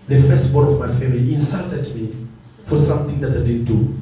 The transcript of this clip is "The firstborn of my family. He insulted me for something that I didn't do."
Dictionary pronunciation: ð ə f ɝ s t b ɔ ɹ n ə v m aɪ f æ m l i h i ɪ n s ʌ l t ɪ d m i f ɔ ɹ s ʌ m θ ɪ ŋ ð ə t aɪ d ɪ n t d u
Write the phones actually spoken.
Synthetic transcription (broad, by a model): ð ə f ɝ s t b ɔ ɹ ə v m aɪ f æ m i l i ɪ n s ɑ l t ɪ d m i f ɔ ɹ s ʌ m θ ɪ ŋ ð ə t aɪ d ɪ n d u